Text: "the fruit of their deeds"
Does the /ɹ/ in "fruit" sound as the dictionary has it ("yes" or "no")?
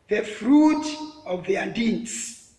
yes